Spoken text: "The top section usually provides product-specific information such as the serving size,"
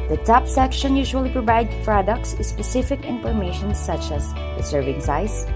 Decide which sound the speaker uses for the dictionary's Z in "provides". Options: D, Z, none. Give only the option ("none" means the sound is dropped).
none